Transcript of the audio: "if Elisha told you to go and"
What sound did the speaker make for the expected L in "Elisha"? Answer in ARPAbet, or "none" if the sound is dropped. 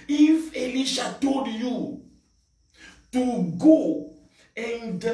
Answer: L